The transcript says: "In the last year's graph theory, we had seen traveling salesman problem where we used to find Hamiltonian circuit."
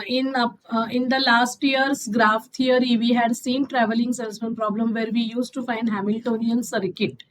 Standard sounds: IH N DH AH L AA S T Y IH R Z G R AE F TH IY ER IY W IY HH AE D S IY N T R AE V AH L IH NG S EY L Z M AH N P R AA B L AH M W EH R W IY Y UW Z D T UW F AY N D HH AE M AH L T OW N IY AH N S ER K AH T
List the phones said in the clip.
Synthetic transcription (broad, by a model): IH N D AH L AA S T Y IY R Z G R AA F T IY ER IY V IY HH AE D S IY N T R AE V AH L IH NG S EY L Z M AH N P R AA B L AH M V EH R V IY Y UW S T UW F AY N D HH AE M AH L T OW N IY AH N S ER K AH T